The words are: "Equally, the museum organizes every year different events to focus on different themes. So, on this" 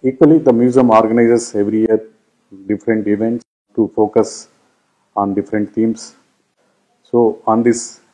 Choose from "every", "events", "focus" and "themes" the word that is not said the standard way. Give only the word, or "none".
themes